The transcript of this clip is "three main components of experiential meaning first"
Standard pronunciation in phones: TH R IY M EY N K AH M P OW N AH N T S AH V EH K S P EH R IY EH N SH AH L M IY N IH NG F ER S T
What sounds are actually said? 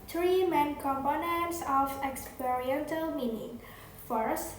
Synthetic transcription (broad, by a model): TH R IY M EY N K AH M P OW N AH N T S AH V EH K S P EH R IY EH N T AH L M IY N IH NG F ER S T